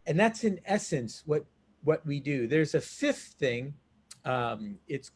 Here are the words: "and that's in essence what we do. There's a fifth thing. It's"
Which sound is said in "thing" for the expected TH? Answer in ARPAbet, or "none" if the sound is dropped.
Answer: TH